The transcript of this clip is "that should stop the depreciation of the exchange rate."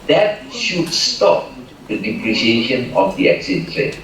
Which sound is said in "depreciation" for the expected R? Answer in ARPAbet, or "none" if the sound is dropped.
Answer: R